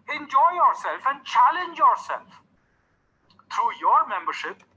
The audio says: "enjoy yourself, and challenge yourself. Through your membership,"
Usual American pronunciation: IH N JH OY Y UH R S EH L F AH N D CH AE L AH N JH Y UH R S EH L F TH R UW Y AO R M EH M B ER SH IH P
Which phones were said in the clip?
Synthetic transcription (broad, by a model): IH N JH OY Y UH R S EH L F AH N D CH AE L AH N JH Y UH R S EH L F T R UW Y AO R M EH M B ER SH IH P